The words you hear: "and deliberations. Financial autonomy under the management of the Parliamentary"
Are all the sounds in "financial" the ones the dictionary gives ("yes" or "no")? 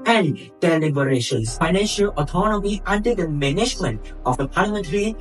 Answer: yes